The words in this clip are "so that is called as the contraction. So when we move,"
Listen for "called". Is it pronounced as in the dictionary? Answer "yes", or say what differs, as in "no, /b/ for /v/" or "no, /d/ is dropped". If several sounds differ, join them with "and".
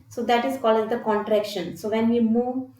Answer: no, /d/ is dropped